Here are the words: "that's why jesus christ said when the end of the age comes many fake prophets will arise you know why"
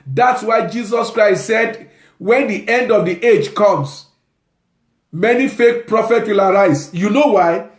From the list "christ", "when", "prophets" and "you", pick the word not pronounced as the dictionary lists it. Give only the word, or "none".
prophets